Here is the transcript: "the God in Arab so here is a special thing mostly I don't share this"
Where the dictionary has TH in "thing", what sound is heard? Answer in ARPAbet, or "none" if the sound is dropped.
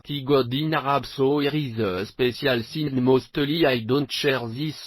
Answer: S